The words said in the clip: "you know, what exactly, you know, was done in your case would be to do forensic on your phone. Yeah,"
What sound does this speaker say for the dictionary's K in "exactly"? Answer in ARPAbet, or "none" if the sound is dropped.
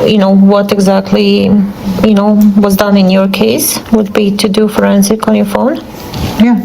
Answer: K